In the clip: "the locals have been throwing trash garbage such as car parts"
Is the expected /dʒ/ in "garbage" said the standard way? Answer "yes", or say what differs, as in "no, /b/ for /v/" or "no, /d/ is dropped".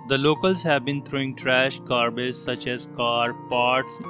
no, /z/ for /dʒ/